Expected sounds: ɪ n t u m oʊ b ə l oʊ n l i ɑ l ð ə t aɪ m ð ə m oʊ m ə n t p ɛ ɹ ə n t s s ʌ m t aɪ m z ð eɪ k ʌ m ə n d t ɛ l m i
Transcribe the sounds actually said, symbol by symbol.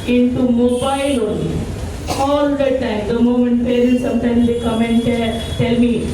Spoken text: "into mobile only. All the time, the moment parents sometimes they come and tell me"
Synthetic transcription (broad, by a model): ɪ n t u m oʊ b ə l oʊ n i ɑ l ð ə t aɪ m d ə m oʊ m ə n t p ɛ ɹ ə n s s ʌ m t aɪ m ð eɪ k ʌ m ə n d t ɛ l m i